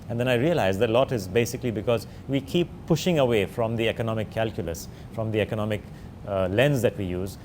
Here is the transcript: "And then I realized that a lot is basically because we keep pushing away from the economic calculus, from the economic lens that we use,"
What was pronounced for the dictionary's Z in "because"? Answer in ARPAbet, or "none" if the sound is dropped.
Z